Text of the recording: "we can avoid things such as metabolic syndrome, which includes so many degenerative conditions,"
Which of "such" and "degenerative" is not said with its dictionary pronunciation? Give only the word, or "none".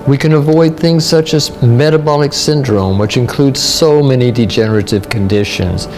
none